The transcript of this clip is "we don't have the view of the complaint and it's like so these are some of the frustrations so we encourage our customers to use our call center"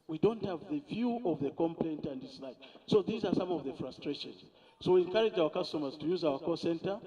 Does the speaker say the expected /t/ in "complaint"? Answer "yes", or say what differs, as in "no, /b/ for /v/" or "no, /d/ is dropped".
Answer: yes